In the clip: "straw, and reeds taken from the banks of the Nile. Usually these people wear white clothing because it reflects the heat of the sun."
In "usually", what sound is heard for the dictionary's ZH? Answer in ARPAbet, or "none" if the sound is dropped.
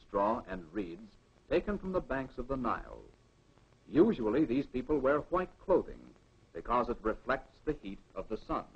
ZH